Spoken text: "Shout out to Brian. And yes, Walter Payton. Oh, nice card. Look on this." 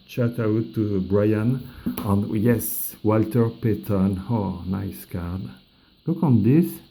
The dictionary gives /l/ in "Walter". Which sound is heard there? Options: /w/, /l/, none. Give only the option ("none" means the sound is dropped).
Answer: /l/